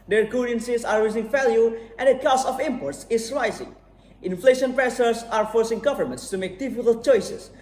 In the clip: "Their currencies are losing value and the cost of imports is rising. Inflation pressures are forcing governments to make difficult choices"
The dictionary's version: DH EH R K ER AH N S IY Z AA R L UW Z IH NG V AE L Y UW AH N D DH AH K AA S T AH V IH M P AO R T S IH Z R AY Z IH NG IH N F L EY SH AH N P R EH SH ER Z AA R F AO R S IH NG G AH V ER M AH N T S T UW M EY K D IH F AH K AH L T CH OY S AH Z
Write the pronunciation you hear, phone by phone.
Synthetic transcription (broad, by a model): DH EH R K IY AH N S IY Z AA R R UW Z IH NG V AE L Y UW AH N D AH K AA S T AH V IH M P AO R T S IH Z R AY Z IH NG IH N F L EY SH AH N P R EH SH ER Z AA R F AO R S IH NG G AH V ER M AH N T S T UW M EY K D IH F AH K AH L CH OY S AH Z